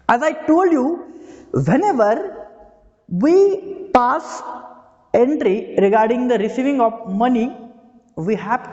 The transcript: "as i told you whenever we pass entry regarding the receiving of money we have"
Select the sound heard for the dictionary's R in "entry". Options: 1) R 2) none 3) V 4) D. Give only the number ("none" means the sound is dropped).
1